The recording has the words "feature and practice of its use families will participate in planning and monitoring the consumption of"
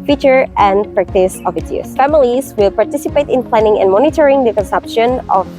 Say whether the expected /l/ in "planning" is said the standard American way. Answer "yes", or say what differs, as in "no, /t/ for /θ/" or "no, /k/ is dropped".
yes